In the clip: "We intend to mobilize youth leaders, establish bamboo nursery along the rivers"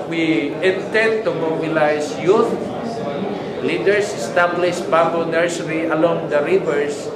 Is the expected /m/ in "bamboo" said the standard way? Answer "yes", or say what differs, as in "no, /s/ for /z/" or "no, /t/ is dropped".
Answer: no, /m/ is dropped